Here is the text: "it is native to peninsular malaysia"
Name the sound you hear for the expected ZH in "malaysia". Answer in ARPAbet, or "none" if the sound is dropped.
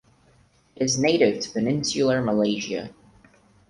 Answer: ZH